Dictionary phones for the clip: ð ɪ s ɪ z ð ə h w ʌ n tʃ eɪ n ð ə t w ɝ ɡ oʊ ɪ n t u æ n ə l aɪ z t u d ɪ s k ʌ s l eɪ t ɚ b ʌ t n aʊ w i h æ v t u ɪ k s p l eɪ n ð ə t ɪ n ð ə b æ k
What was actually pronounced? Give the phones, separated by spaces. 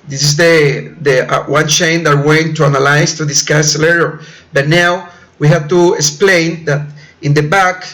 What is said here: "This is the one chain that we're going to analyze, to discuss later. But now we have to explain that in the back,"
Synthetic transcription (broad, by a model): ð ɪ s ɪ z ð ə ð w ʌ n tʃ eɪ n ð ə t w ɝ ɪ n t u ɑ n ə l aɪ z t u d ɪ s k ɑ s l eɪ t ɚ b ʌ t n aʊ w i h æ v t u ɪ k s p l eɪ n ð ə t ɪ n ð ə b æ k